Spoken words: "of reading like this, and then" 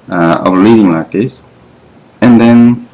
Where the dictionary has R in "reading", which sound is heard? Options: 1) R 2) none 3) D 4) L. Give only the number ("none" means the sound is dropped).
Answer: 4